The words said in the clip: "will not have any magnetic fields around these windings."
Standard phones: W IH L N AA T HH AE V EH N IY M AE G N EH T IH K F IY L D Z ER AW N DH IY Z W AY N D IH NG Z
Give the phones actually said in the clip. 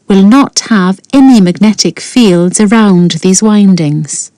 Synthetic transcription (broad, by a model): W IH L N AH T HH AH V EH N IY M AE G N EH T IH K F IY L D Z ER AW N DH IY Z W AY N D IH NG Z